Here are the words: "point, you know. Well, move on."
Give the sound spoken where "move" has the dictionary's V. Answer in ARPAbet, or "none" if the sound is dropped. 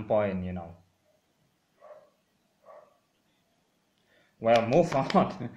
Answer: F